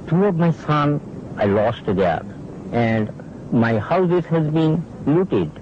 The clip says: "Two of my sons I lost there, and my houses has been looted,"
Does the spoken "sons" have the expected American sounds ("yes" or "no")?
no